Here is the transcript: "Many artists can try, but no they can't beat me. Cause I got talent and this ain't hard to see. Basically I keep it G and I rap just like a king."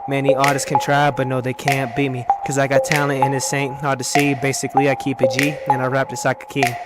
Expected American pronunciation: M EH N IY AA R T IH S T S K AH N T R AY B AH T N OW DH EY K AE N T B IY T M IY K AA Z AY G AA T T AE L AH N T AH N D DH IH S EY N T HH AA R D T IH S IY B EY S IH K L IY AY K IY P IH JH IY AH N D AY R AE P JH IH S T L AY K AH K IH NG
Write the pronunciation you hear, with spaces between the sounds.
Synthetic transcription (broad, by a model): M EH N IY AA R T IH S S K AH N T R AY B AH T N OW DH EY K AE N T B IY T M IY K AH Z AY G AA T T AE AH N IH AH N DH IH S EY N T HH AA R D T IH S IY B EY S IH K L IY AY K IY P IH JH IY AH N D AY R AE P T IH S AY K AH K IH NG